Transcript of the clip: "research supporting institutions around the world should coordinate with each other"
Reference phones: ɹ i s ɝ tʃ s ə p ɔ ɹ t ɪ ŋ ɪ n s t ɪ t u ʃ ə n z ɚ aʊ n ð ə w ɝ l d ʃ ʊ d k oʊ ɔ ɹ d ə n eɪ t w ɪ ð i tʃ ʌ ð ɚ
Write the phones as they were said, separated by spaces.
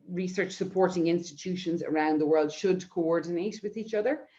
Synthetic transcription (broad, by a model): ɹ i s ɝ tʃ s ə p ɔ ɹ t ɪ ŋ ɪ n s t ɪ t u ʃ ə n z ɚ aʊ n ð ə w ɝ l d ʃ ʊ d k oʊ ɔ ɹ d n eɪ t w ɪ ð i tʃ ʌ ð ɚ